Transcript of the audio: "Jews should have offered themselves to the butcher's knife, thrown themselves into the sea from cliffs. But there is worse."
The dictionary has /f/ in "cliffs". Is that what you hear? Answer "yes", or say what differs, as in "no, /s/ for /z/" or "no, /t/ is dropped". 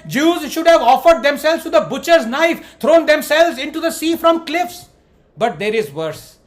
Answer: yes